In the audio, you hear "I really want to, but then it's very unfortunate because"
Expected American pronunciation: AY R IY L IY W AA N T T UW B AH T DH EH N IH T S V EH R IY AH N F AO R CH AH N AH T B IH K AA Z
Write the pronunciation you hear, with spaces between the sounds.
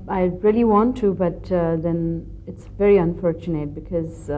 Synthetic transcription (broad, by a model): AY R IY L IY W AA N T T UW B AH T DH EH N IH T S V EH R IY AH N F AO R CH AH N AH T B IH K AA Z